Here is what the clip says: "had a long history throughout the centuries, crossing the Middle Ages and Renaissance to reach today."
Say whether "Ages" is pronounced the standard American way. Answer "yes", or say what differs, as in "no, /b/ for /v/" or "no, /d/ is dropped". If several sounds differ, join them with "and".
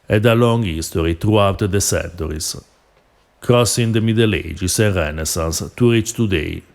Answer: no, /s/ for /z/